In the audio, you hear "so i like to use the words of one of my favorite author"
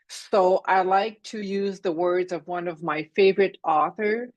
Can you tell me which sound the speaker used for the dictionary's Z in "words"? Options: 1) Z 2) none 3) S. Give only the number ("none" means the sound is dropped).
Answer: 1